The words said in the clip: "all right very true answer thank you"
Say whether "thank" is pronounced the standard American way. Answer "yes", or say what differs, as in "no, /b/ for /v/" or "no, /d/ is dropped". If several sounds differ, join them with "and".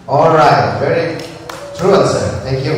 no, /t/ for /θ/